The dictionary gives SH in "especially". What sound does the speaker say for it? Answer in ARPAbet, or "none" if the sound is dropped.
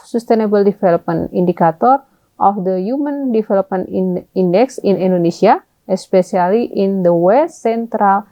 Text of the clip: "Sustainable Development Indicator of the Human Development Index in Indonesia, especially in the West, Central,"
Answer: S